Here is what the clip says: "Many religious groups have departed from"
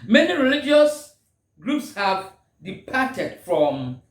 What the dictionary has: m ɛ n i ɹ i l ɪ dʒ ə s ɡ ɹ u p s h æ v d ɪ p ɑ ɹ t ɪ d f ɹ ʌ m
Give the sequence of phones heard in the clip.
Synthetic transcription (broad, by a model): m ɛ n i ɹ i l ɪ dʒ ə s ɡ ɹ u p s h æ v d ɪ p ɑ t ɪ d f ɹ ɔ m